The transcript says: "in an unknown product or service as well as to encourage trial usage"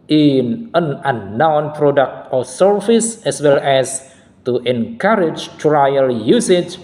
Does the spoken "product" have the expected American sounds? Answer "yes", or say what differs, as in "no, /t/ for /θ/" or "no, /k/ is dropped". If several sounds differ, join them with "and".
yes